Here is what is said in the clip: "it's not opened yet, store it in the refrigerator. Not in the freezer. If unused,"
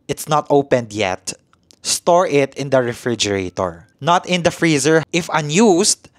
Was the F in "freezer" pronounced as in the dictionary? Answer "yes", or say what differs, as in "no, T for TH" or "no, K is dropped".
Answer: yes